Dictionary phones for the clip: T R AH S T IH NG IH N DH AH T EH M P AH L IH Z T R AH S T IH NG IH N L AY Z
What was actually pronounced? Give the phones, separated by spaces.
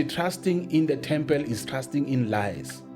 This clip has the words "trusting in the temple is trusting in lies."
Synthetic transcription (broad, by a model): T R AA S T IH NG IH N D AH T EH M P AH L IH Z T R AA S T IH NG IH N L AY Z